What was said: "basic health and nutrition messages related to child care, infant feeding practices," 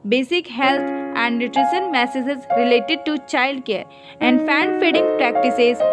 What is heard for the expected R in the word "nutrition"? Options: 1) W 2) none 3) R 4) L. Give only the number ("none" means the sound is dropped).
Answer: 3